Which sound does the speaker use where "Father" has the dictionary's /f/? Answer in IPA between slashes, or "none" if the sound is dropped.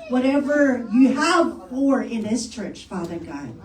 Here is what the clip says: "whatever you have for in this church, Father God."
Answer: /f/